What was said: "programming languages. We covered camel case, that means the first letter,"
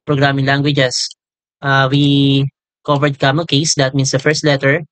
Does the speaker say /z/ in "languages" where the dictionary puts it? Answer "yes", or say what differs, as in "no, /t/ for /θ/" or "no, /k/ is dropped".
no, /s/ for /z/